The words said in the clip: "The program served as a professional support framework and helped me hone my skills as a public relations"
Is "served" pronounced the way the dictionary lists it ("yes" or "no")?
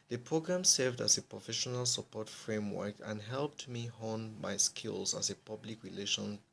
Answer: yes